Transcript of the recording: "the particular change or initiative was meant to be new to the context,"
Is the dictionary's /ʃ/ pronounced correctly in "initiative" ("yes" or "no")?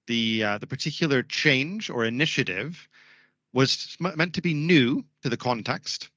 yes